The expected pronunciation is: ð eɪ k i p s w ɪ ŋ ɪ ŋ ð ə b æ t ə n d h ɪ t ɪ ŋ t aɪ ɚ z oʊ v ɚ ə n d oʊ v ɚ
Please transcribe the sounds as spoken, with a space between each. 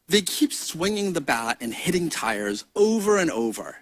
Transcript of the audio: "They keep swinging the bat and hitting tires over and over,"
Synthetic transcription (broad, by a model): ð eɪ k i p s w ɪ ŋ ɪ ŋ ð ə b æ t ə n h ɪ t ɪ ŋ t aɪ ɚ z oʊ v ɚ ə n oʊ v ɚ